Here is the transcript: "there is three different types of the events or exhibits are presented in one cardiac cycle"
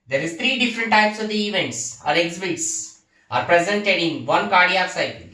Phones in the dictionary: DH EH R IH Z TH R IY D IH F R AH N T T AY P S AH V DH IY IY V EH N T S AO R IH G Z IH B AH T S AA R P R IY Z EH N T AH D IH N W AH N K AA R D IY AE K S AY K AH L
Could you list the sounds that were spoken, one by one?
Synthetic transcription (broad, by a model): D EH R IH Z T R IY D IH F R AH N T T AY P S AH V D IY IY V EH N T S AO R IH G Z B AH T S AA R P R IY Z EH N T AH D IH N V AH N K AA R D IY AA S AY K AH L